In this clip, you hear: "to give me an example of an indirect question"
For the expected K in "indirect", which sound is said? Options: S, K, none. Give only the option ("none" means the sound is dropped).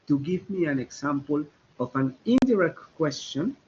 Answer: K